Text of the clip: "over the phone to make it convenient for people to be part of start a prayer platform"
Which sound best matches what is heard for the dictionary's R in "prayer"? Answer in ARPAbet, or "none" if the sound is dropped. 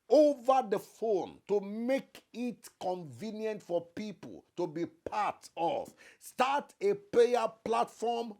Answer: L